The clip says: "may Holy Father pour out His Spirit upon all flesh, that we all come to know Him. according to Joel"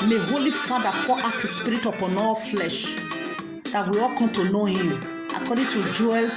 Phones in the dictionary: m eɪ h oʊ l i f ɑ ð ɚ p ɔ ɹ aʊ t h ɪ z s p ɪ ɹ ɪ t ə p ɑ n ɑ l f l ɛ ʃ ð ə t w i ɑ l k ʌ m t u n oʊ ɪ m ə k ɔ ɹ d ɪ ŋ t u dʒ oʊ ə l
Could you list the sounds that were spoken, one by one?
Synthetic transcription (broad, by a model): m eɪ h oʊ l i f ɑ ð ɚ f ɔ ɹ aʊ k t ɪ s p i ɹ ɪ t ə p ɑ n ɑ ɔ f l ɛ ʃ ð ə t w i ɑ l k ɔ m t u n oʊ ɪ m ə k ɔ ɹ d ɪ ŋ t u dʒ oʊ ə